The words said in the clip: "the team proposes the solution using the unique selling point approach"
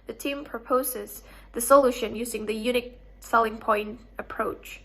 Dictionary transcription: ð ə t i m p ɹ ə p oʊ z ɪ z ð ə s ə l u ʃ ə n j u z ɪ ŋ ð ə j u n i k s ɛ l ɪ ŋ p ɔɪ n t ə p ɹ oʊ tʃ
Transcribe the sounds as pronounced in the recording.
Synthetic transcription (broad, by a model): ð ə t i m p ɹ ə p oʊ z ɪ z ð ə s ə l u ʃ ə n j u z ɪ ŋ ð ə j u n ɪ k s ɛ l ɪ ŋ p ɔɪ n t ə p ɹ oʊ tʃ